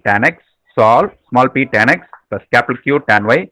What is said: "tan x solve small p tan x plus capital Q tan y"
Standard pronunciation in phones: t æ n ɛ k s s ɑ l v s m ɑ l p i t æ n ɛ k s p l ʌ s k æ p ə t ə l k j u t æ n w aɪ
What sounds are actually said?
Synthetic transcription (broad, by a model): t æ n ɛ k s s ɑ l s m ɑ l p i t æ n ɛ k s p ʌ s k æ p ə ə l k j u t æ n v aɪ